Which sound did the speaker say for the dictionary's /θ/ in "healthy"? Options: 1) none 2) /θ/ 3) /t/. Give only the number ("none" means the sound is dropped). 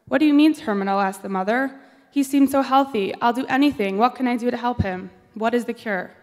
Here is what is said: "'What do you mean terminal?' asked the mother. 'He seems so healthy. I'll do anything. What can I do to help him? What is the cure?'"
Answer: 2